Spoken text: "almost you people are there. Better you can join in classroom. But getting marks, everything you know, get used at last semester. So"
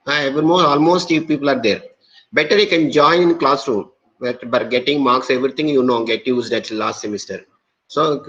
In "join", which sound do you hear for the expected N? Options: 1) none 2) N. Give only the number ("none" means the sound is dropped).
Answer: 1